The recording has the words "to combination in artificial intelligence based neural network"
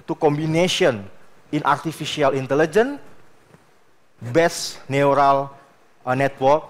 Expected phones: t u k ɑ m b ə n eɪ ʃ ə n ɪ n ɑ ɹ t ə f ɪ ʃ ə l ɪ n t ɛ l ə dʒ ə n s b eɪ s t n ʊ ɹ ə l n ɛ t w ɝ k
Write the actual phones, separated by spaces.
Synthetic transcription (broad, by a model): t u k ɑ m b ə n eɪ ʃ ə n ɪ n ɑ ɹ t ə f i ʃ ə l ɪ n t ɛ l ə dʒ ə n b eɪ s n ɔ ɹ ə l n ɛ t w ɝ k